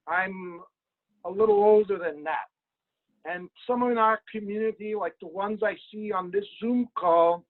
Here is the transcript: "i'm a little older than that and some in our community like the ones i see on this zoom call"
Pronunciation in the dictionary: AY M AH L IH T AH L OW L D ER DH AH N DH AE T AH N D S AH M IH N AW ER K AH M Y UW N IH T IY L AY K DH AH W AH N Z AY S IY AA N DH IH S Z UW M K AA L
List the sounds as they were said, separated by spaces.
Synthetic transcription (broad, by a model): AY M AH L IH T L OW L D ER DH AH N DH AE T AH N S AH M IH N AW ER K AH M Y UW N IH T IY L AY K DH AH W AH N Z AY S IY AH N DH IH S Z UW M K AA L